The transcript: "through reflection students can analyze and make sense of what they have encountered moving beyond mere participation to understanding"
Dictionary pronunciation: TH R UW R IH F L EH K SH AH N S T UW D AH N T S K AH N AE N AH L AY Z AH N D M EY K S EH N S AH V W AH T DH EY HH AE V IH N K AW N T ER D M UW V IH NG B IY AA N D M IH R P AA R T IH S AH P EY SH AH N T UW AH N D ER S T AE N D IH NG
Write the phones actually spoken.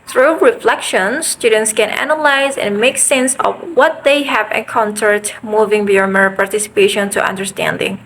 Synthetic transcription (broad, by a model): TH R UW R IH F L EH K SH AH N S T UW D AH N T S K AH N AE N AH L AY Z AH N M EY K S EH N S AH V W AH T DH EY HH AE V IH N K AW N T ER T M UW V IH NG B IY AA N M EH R P AA R T IH S AH P EY SH AH N T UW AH N D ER S T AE N D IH NG